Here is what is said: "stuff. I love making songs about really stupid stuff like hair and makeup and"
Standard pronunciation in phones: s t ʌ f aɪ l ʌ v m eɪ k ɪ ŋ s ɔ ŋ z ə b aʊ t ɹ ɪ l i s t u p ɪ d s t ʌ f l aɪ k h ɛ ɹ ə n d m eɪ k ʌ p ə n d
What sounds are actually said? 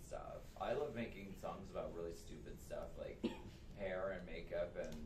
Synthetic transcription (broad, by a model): s t ʌ f aɪ l ʌ v m eɪ k ɪ ŋ s ɔ ŋ z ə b aʊ t ɹ ɪ l i s t u p ɪ d s t ʌ f l aɪ k h ɛ ɹ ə n m eɪ k ʌ p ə n